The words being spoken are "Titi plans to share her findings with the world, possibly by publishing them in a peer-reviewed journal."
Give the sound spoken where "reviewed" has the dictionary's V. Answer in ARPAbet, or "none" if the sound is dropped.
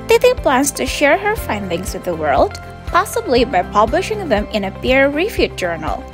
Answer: F